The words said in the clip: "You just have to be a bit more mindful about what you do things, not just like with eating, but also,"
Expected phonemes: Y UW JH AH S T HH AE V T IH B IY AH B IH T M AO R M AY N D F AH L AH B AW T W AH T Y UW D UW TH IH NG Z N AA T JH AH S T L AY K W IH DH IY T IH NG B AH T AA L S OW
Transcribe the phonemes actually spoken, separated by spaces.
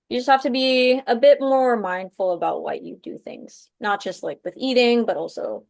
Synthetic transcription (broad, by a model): Y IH JH AH S T HH AE F T IH B IY AH B IH T M AO R M AY N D F L AH B AW T W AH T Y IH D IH TH IH NG Z N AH T JH AH S T L AY K W IH DH IY T IH NG B AH T AA L S OW